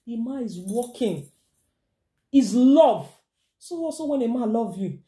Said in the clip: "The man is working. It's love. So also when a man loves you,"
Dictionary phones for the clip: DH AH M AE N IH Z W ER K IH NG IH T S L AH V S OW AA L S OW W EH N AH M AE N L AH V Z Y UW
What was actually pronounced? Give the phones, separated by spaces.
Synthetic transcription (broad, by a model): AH M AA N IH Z W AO K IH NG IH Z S L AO V S OW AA S OW W EH N AH M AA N L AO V Y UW